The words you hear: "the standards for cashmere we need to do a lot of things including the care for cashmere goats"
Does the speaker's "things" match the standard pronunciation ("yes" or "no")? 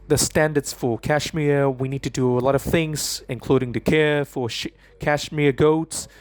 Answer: yes